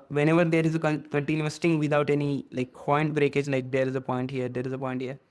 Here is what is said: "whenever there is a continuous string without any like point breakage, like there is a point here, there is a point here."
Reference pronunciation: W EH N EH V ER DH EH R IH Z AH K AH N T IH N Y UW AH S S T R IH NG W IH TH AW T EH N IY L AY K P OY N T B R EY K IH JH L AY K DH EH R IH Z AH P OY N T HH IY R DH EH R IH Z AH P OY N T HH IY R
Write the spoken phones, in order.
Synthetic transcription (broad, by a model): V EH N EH V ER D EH R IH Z AH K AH N T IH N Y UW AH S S T IH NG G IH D AW T EH N IY L AY K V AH N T B R EY K IH JH L AY K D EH R IH Z AH P OY N T HH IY R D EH R IH Z AH P OY N T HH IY R